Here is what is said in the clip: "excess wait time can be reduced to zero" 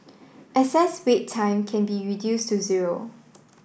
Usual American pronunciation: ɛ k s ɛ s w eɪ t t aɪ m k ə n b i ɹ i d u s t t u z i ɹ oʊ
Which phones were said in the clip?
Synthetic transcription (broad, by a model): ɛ s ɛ s w eɪ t t aɪ m k ə n b i ɹ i d u s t t u z i ɹ oʊ